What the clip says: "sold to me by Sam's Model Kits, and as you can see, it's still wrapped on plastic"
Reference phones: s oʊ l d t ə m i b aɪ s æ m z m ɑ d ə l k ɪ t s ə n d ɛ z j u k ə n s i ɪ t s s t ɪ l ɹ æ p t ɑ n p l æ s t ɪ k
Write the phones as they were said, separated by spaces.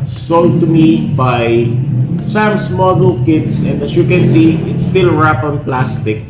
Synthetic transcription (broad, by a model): s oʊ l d t ə m i b aɪ s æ m s m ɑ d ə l k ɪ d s ə n d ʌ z j u k ə n s i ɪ t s s t ɪ l ɹ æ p ɑ n p l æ s t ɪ k